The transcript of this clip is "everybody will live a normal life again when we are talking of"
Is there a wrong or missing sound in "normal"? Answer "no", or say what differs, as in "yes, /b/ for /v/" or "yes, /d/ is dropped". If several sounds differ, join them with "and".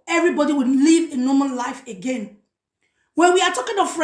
yes, /n/ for /l/